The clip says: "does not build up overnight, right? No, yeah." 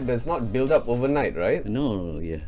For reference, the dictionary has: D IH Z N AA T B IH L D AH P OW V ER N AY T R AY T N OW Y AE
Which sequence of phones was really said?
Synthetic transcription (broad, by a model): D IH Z N AA T B IH L D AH P OW V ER N AY T R AY T N OW Y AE